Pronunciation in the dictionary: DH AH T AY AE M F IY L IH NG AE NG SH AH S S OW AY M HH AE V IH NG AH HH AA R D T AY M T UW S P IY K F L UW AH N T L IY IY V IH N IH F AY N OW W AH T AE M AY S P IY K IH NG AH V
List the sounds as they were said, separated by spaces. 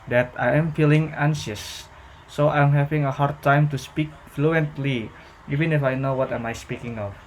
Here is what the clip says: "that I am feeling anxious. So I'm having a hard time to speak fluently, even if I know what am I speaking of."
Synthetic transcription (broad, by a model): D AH T AY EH M F IY L IH NG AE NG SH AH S S OW AY M HH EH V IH NG AH HH AA R D T AY M T UW S P IY K F L UW AH N T L IY IY V IH N IH F AY N OW W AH T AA M AY S P IY K IH NG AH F